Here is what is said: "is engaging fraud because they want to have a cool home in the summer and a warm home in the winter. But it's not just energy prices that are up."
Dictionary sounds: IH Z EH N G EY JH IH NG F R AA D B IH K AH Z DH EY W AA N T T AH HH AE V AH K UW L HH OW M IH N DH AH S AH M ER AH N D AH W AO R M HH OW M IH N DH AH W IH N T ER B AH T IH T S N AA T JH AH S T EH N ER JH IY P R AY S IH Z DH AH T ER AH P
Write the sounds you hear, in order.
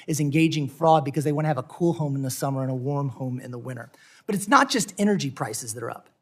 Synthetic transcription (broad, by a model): IH Z EH N G EY JH IH NG F R AA D B IH K AH Z DH EY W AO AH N V AH K UW L HH OW M N DH AH S AH M ER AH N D AH W AO R M HH OW M IH N DH AH W IH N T ER B AH T IH T S N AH T JH AH S T EH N ER JH IY P R AY S IH Z DH AH T ER AH P